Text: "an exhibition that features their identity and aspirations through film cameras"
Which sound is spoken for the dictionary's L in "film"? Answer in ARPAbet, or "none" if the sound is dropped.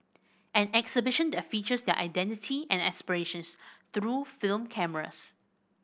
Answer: L